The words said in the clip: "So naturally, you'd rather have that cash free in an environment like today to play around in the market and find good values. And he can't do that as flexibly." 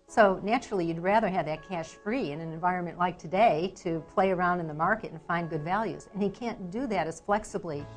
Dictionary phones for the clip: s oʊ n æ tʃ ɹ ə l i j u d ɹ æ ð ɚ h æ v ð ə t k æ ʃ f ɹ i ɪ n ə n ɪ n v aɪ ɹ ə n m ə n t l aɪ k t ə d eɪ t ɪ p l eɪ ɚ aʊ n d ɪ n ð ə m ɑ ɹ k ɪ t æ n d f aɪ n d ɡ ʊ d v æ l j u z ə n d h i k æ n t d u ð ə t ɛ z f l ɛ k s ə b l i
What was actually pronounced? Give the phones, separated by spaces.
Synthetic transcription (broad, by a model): s oʊ n æ tʃ ɹ l i j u d ɹ æ ð ɚ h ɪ v ð ə t k æ ʃ f ɹ i ɪ n ə n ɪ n v aɪ ɹ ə n m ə n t l aɪ k t ə d eɪ t ɪ p l eɪ ɚ aʊ n d ɪ n ð ə m ɑ ɹ k ɪ t n f aɪ n ɡ ʊ d v æ l j u z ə n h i k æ n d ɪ ð ə t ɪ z f l ɛ k s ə b l i